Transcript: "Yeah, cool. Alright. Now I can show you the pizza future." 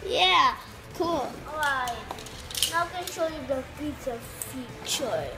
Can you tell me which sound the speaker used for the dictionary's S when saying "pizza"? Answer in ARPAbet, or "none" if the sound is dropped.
none